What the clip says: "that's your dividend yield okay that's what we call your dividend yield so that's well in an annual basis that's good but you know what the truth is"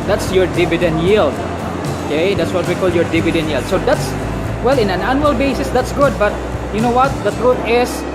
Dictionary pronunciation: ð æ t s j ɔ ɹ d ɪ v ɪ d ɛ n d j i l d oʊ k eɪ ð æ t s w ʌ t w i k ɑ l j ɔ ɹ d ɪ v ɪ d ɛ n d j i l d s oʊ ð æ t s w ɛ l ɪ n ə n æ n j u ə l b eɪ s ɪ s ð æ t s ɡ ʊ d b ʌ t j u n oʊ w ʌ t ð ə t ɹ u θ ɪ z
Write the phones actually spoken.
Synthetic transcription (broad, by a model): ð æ t s j ɔ ɹ d ɪ v ɪ d ɛ n d j i l d oʊ k eɪ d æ t s w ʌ t w i k ɑ l j ɔ ɹ d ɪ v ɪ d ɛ n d j i l d s oʊ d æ t s w ɛ l ɪ n ə n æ n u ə l b eɪ s ɪ s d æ t s ɡ ʊ d b ʌ t j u n oʊ w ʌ t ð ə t ɹ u t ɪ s